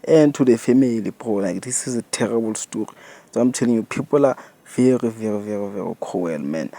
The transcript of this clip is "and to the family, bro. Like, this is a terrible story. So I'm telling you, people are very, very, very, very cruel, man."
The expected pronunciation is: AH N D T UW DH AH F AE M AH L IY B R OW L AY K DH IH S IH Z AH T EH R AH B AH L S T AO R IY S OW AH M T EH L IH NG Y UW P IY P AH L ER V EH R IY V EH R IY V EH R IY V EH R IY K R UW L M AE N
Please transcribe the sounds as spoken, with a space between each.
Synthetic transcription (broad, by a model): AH N T UW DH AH F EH M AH L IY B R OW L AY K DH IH S IH Z AH T EH R AH B AH L S T AO R IY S AH M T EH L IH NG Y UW P IY P AH L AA V EH R IY V EH R IY V EH R IY V EH R IY K W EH L M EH N